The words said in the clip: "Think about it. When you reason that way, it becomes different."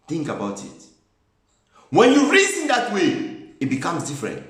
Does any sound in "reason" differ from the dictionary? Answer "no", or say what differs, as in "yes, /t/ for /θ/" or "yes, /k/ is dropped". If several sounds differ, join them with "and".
yes, /s/ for /z/